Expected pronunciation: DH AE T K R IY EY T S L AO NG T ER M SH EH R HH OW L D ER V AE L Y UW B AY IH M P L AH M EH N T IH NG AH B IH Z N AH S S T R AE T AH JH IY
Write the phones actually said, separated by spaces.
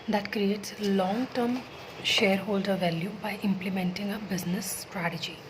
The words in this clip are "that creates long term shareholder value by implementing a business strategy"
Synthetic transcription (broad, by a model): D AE T K R IY EY T S L AO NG T ER M SH EH R HH OW L D ER V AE L Y UW B AY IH M P L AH M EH N T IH NG AH B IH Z N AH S S T R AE T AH JH IY